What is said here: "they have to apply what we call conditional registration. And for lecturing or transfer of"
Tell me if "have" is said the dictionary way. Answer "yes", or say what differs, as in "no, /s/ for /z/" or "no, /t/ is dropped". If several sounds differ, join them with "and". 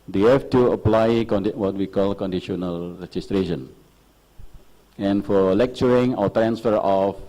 no, /f/ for /v/